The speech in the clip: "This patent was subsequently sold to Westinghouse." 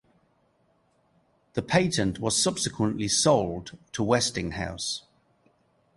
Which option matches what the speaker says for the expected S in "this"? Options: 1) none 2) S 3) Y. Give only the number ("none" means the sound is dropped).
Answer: 1